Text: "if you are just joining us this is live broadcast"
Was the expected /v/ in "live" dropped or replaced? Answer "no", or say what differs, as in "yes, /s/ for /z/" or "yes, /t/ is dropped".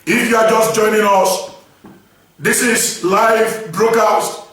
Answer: no